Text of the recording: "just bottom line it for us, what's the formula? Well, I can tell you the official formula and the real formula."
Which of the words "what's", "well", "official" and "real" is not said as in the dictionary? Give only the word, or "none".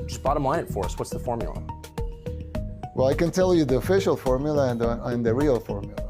none